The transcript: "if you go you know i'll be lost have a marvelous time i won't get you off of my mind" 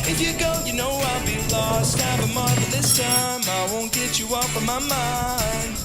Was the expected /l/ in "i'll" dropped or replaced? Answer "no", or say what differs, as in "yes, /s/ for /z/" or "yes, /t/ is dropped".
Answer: no